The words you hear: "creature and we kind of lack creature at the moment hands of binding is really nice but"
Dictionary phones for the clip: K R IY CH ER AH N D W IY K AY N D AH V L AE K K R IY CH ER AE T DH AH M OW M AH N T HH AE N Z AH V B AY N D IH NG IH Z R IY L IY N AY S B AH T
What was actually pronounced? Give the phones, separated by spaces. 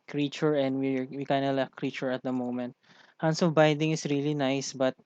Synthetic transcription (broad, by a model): K R IY CH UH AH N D W IY K AY N D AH L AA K K R IY CH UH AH T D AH M OW M AH N T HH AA N S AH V B AY D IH NG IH S R IY L IY N AY S B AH T